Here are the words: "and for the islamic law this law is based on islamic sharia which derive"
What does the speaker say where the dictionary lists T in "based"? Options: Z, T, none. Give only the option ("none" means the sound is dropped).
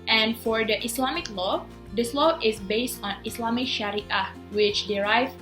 T